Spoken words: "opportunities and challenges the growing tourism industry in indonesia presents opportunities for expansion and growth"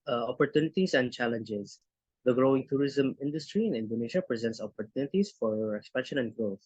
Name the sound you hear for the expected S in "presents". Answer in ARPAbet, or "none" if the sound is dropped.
S